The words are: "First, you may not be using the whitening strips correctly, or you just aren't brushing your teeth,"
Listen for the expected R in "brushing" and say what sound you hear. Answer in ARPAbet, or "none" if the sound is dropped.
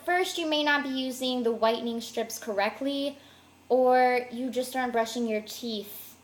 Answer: R